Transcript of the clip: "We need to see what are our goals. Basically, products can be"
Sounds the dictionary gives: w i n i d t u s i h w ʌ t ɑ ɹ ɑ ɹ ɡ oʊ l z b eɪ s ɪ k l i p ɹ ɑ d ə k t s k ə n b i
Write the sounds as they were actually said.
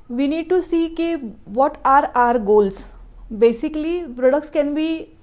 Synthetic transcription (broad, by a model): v i n i d t u s i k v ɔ t ɑ ɹ ɑ ɹ ɡ oʊ l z b eɪ s ɪ k l i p ɹ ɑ d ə k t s k ə n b i